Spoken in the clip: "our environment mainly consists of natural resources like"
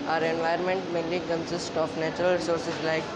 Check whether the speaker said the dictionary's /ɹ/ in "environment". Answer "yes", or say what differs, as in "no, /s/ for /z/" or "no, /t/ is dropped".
no, /ɹ/ is dropped